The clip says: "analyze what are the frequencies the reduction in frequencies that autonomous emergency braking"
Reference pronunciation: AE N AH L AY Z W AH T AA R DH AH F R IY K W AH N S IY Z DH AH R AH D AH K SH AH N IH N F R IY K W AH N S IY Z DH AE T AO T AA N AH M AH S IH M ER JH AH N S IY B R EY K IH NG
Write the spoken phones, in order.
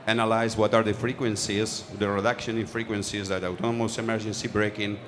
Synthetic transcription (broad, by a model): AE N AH L AY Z W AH T AA R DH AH F R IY K W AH N S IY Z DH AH R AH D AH K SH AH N IH N F R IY K W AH N S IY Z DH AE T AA T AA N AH M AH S IH M ER JH AH N S IY B R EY K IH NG